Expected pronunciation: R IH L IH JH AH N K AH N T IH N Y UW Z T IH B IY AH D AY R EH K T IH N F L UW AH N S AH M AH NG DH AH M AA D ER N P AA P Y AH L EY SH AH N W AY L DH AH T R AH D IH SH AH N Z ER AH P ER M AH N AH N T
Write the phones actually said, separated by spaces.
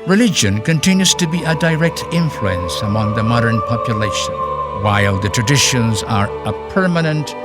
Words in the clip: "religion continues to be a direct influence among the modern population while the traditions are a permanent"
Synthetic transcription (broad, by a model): R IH L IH JH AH N K AH N T IH N Y UW Z T IH B IY AH D AY R EH K T IH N F L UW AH N S AH M AH NG DH AH M AA D ER N P AA P Y AH L EY SH AH N W AY L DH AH T R AH D IH SH AH N Z ER AH P ER M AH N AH N T